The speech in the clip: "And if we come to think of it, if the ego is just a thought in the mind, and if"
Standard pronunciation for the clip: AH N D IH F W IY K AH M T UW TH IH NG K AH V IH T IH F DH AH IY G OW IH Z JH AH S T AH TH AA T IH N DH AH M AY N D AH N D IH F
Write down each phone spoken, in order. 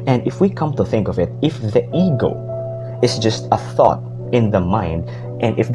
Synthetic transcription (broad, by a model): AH N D IH F W IY K AH M T UW TH IH NG K AH V IH T IH F DH AH IY G OW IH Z JH AH S T AH TH AA T IH N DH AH M AY N D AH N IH F